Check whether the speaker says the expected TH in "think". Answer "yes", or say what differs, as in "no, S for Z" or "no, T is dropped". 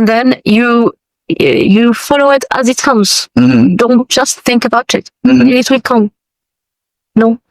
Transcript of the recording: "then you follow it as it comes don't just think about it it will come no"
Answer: yes